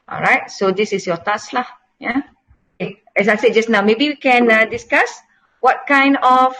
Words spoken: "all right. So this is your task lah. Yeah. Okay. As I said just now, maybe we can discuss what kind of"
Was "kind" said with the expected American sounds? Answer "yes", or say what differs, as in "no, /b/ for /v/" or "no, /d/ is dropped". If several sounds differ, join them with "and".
yes